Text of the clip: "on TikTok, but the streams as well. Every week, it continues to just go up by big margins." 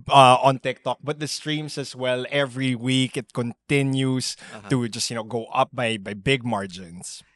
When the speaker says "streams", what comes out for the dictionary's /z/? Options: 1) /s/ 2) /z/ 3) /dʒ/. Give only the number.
1